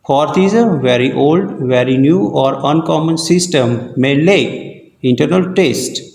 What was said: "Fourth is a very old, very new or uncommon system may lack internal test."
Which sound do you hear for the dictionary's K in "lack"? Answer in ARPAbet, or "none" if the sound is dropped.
none